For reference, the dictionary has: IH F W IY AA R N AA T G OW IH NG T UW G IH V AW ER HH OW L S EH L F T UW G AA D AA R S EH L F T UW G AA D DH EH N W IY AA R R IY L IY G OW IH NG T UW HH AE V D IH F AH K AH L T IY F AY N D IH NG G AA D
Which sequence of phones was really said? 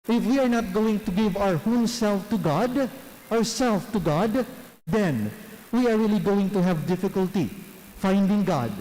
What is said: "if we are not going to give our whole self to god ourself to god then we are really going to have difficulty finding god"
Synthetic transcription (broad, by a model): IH F W IY AA R N AA T G OW IH NG T UW G IH V AW ER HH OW N S EH L F T UW G AA D AA R S EH L F T UW G AA D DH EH N W IY AA R R IY L IY G OW IH NG T UW HH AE V D IH F AH K AH L T IY F AY N D IH NG G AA D